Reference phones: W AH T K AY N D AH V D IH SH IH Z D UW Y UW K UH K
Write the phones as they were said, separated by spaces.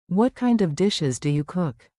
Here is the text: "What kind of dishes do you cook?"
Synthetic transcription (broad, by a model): W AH T K AY N D AH V D IH SH IH Z D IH Y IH K UH K